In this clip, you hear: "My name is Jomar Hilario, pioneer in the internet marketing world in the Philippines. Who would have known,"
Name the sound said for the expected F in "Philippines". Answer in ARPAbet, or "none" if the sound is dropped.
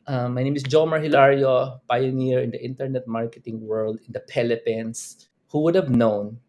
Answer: P